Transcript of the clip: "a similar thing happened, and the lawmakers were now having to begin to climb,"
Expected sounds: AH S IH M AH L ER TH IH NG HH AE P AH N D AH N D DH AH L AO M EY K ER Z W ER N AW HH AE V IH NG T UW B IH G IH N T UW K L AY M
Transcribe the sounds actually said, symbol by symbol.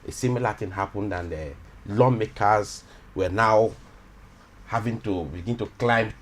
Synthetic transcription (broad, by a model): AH S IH M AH L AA T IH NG HH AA P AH N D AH N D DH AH L AO M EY K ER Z W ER N AW HH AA V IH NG T UW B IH G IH N T UW K L AY M